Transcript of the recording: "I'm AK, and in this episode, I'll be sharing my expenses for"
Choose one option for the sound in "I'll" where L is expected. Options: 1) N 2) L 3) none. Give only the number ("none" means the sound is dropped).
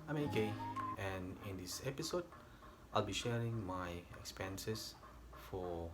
2